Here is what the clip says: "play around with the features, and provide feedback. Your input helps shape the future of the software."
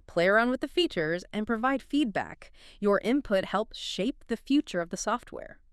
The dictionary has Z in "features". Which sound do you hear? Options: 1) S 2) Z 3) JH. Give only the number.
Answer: 2